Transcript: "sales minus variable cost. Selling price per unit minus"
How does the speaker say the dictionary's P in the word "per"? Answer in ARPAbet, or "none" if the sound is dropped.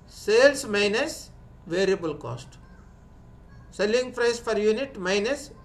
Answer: F